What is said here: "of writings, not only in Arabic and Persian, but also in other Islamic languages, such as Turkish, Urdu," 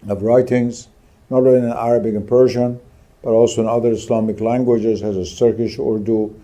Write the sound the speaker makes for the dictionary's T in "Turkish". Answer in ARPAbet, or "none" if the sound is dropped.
S